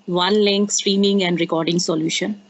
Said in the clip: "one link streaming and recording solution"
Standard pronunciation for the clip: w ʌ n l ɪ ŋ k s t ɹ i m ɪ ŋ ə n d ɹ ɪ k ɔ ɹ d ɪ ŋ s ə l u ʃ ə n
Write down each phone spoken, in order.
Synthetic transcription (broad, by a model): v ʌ n l ɪ ŋ k s t ɹ i m ɪ ŋ ə n d ɹ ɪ k ɔ ɹ d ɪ ŋ s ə l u ʃ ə n